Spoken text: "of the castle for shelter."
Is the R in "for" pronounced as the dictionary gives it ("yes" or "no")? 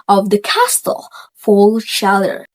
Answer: no